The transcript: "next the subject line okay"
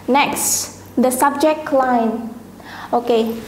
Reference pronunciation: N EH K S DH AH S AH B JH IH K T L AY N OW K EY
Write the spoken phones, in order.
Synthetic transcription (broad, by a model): N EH K S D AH S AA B JH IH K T L AY N OW K EY